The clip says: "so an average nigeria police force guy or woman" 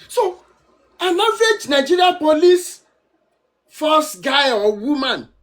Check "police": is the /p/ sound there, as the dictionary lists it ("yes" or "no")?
yes